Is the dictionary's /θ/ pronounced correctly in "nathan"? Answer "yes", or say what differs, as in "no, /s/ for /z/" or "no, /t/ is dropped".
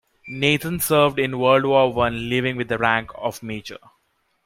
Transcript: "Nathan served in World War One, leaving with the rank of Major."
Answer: no, /t/ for /θ/